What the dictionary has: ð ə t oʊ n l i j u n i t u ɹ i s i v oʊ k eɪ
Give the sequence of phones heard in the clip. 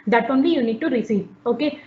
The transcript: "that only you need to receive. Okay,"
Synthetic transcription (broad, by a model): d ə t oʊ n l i j u n i t u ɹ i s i oʊ k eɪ